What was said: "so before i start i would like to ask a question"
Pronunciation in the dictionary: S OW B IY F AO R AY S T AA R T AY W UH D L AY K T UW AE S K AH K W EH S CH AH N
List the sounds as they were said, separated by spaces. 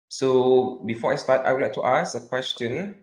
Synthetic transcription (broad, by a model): S OW B IY F AO AY S T AA T AY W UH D L AY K T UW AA S AH K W EH S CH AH N